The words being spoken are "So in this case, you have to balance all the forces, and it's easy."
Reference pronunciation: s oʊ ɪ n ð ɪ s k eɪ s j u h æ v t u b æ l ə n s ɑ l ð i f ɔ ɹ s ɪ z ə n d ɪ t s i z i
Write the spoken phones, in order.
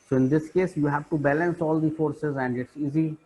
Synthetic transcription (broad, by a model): s oʊ ɪ n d ɪ s k eɪ s j u h æ v t u b æ l ə n s ɑ l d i f ɔ ɹ s ɪ z ə n d ɪ t s i z i